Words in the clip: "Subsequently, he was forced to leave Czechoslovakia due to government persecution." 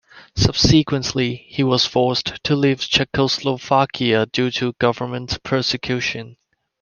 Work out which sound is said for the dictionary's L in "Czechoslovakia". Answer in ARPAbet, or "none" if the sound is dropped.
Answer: L